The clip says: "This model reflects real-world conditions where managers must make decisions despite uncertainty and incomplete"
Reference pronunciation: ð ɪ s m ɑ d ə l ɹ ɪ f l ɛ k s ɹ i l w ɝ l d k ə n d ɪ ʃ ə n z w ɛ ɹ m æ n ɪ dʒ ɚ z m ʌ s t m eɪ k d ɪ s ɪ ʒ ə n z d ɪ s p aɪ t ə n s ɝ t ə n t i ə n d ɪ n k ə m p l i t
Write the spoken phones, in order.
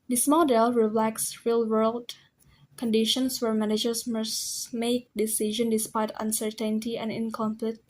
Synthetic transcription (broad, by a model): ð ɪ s m ɑ d ə l ɹ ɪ l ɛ k s ɹ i l w ɝ l d k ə n d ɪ ʃ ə n s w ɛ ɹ m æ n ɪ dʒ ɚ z m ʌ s m eɪ k d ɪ s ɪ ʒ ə n d ɪ s p aɪ t ə n s ɝ t ə n t i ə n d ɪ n k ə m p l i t